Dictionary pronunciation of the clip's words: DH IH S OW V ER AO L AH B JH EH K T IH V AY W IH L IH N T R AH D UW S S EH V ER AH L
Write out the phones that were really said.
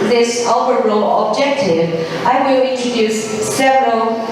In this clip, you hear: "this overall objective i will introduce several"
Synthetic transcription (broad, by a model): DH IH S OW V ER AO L AH B JH EH K T IH V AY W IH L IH T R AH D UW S S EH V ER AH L